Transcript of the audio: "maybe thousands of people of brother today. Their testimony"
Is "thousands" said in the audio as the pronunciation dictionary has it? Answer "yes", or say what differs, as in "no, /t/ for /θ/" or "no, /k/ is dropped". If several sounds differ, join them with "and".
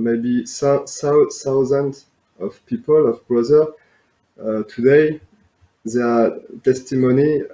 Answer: no, /s/ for /θ/